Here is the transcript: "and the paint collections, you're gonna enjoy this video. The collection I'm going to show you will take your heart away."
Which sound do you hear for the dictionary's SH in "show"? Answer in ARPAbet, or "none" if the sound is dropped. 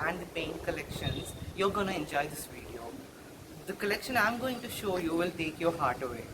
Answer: SH